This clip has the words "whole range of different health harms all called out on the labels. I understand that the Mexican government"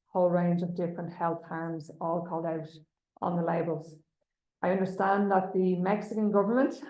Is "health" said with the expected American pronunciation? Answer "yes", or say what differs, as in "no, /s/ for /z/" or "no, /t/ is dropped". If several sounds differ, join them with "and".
yes